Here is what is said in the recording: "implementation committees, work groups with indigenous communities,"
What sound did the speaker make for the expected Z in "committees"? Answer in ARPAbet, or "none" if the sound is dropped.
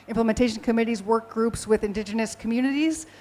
Z